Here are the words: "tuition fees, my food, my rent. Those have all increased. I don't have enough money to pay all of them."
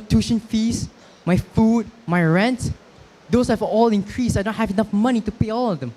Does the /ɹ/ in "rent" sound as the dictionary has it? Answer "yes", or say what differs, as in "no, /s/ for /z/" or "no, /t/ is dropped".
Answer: yes